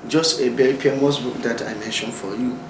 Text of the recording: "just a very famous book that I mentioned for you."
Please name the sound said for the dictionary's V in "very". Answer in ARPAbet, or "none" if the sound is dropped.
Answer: B